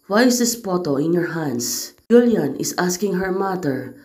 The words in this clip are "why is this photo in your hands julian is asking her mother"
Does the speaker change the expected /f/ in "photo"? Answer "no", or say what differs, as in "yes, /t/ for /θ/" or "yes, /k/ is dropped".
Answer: yes, /p/ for /f/